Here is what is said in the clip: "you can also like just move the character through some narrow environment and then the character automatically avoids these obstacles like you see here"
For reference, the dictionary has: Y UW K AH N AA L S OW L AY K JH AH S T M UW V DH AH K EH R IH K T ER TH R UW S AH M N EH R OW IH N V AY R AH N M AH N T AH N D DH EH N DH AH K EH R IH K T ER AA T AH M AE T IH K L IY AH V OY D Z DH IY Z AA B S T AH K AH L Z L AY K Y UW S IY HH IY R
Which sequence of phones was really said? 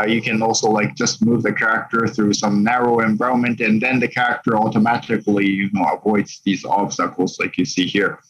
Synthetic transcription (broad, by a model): Y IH K AH N AA L S OW L AY K JH AH S T M UW V DH AH K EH R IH K T ER TH R UW S AH M N EH R OW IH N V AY AH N M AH N T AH N DH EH N DH AH K EH R IH K T ER AA T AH M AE T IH K L IY AH V OY D Z DH IY Z AA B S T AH K L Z L AY K Y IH S IY HH IY R